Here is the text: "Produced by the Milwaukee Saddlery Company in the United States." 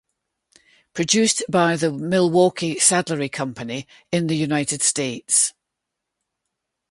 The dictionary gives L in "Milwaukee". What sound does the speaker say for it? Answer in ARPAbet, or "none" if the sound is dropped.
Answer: L